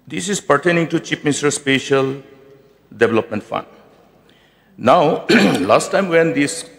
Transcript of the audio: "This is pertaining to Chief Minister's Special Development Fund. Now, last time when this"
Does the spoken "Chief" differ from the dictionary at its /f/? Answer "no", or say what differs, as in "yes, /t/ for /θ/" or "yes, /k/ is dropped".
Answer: yes, /p/ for /f/